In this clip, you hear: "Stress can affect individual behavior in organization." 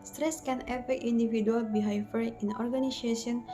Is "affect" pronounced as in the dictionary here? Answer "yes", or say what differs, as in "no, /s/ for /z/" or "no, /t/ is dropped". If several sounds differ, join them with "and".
no, /k/ is dropped